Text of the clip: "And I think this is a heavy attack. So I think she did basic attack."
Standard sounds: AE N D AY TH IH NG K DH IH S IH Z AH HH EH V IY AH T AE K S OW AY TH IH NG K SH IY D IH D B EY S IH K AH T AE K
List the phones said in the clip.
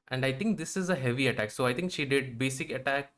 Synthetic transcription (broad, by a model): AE N D AY T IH NG K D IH S IH Z AH HH EH V IY AH T AE K S OW AY T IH NG K SH IY D IH D B EY S IH K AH T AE K